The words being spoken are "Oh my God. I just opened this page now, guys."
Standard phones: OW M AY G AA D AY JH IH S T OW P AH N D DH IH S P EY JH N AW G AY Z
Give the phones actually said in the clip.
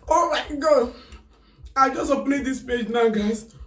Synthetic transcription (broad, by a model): OW M AY G AA D AY JH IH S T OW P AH D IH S P EY JH N AW G AY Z